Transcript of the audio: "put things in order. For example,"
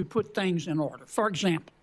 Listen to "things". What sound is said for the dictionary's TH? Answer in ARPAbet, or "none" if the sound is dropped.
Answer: TH